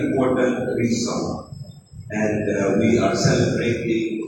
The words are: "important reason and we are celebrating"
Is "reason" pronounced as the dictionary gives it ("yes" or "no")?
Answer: no